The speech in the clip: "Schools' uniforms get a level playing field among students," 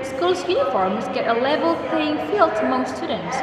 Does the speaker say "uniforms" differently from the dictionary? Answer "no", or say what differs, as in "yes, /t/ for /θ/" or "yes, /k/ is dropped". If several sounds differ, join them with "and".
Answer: no